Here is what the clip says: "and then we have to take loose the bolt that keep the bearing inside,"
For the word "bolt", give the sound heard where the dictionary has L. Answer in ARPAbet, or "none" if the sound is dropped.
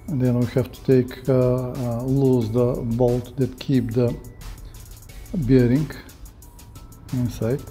L